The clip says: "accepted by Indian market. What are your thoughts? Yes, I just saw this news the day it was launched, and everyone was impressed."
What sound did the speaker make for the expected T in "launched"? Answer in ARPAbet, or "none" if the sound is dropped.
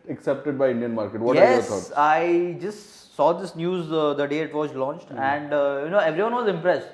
T